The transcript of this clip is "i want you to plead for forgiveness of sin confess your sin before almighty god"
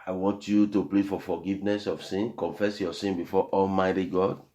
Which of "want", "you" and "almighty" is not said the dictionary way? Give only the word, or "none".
none